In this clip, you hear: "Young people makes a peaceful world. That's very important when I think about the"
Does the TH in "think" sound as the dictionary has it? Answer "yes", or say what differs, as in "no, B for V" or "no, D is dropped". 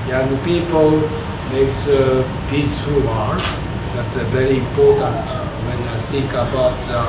no, S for TH